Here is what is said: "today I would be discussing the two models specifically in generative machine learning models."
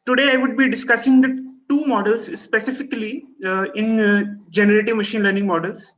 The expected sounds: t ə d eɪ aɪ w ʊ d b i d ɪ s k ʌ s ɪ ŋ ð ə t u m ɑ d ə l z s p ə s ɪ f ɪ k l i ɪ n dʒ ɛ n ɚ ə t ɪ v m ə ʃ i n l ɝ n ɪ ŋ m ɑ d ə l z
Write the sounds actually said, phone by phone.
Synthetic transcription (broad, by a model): t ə d eɪ aɪ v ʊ d b i d ɪ s k ʌ s ɪ ŋ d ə t u m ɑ d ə l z s p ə s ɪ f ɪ k l i ɪ n dʒ ɛ n ɚ ə t ɪ v m ə ʃ i n l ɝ n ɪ ŋ m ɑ d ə l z